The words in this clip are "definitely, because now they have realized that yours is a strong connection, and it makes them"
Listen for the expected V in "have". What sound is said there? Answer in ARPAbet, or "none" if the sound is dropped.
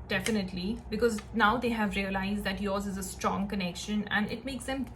V